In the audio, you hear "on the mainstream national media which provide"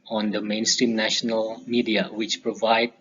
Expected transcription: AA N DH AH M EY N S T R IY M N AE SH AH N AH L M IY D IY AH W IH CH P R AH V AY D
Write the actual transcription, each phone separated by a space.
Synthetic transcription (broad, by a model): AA N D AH M EY N S T R IY M N AE SH AH N AH L M IY D IY AH W IH CH P R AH V AY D